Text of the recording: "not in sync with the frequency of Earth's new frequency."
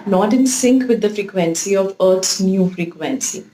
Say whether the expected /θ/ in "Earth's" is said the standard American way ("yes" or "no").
no